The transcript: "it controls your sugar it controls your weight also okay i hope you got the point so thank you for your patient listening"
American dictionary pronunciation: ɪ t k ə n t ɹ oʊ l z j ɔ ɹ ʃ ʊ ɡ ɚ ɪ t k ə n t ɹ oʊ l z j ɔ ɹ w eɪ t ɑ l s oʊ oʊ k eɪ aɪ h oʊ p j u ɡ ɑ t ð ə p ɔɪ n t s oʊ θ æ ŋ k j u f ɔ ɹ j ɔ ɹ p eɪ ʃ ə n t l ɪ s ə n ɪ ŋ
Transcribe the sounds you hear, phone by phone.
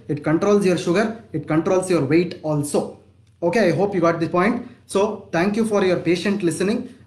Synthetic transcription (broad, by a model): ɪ t k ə n t ɹ oʊ l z j ɔ ɹ ʃ ʊ ɡ ɚ ɪ t k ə n t ɹ oʊ l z j ɔ ɹ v eɪ t ɑ l s oʊ oʊ k eɪ aɪ h oʊ p j u ɡ ɑ t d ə p ɔɪ n t s oʊ t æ ŋ k j u f ɔ ɹ j ɔ ɹ p eɪ ʃ ə n t l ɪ s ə n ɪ ŋ